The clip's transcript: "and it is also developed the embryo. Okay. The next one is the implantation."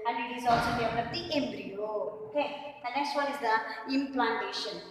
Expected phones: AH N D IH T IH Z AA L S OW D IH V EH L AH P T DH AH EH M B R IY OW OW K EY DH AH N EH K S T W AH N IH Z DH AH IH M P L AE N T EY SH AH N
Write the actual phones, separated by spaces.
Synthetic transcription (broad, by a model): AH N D IH T IH Z AA L S OW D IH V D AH T EH M B R IY OW OW K EY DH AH N EH K S T W AH N IH Z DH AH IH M P L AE N T EY SH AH N